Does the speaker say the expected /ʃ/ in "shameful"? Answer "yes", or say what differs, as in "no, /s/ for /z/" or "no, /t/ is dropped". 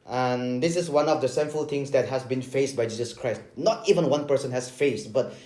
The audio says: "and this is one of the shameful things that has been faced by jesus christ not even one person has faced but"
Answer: no, /s/ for /ʃ/